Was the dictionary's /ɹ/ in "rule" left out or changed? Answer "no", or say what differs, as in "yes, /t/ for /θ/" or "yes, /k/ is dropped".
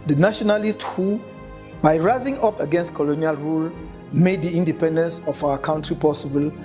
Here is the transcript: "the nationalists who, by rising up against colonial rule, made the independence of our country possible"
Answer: no